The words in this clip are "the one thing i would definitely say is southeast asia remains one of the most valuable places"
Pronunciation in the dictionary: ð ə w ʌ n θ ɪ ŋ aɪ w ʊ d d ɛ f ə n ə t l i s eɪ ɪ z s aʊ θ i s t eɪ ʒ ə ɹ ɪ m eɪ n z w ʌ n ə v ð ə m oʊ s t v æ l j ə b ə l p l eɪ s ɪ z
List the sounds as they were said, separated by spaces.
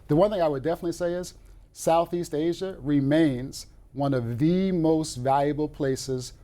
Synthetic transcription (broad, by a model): ð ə w ʌ n θ ɪ ŋ aɪ w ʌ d d ɛ f ə n ə t l i s eɪ ɪ z s aʊ θ i s t eɪ ʒ ə ɹ ɪ m eɪ n z w ʌ n ə v ð ə m oʊ s t v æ l j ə b l p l eɪ s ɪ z